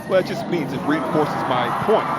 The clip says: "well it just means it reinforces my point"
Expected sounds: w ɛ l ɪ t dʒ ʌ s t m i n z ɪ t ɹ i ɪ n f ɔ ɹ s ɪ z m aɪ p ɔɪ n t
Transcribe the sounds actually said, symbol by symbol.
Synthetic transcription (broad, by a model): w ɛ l ɪ t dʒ ʌ s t m i n z ɪ t ɹ i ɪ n f ɔ ɹ s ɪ z m aɪ p ɔɪ n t